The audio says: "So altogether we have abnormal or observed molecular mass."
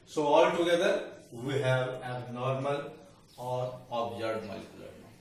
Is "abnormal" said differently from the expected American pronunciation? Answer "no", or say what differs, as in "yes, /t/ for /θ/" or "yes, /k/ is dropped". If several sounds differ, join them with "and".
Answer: yes, /b/ is dropped